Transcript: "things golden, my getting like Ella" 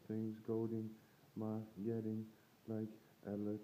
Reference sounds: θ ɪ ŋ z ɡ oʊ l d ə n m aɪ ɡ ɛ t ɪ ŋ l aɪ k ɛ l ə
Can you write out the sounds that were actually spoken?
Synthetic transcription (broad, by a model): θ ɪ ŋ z ɡ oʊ d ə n m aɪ ɡ ɛ t ɪ ŋ l aɪ k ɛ l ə